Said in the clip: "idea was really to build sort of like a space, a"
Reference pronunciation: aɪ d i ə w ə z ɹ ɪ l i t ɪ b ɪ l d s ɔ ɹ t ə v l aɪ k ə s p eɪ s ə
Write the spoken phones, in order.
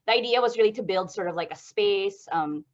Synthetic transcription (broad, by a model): aɪ d i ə w ə z ɹ ɪ l i t ɪ b ɪ l d s ɔ ɹ t ə v l aɪ k ə s p eɪ s ə